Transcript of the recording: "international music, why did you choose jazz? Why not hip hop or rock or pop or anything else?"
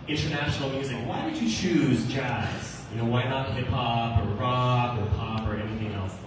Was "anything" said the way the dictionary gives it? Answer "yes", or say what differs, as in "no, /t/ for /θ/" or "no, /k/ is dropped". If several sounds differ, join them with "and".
yes